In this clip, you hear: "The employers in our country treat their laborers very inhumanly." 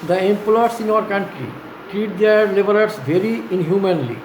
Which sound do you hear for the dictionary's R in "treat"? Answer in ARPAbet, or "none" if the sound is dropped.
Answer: R